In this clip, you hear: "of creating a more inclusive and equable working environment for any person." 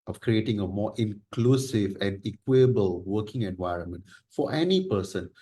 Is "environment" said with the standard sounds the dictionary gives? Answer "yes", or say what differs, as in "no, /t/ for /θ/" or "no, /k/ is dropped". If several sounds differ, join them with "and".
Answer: yes